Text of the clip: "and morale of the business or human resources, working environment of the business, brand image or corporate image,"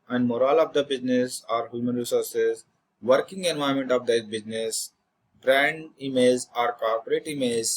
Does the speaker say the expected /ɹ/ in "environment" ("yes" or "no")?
no